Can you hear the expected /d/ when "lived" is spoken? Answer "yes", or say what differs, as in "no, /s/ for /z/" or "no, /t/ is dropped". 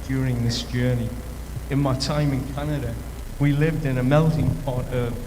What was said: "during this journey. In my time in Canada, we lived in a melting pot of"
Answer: yes